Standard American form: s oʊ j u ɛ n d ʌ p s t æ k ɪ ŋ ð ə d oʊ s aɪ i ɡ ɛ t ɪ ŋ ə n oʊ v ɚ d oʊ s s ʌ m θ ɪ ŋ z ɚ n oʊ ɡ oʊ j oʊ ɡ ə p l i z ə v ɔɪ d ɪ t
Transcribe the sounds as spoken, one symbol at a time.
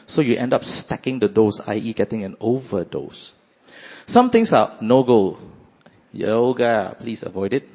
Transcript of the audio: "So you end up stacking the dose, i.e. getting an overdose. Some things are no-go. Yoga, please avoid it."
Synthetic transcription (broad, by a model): s oʊ j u ɛ n d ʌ p s t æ k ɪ ŋ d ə d oʊ s aɪ i ɡ ɛ t ɪ ŋ ə n oʊ v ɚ d oʊ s s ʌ m t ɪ ŋ s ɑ n oʊ ɡ oʊ j oʊ ɡ ə p l i s ə v ɔɪ d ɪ t